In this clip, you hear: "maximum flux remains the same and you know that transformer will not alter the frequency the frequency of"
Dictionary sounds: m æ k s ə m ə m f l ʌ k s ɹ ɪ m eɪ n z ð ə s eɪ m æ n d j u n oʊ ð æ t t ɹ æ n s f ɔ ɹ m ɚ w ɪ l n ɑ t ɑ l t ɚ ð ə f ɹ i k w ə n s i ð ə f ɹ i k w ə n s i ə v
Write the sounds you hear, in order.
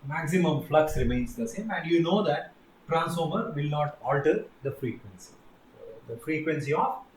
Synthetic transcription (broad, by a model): m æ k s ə m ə m f l ʌ k s ɹ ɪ m eɪ n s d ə s eɪ m æ n d j u n oʊ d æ t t ɹ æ n s ɔ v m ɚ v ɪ l n ɑ t ɑ l t ɚ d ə f ɹ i k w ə n s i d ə f ɹ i k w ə n s i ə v